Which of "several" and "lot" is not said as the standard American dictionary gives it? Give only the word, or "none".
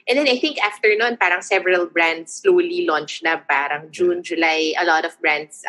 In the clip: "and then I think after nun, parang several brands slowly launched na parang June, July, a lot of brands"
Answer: none